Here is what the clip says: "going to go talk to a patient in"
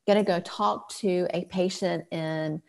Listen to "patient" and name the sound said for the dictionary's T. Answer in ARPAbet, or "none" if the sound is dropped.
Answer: T